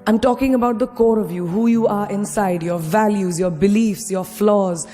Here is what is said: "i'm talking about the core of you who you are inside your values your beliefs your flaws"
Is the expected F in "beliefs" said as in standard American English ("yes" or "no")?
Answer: yes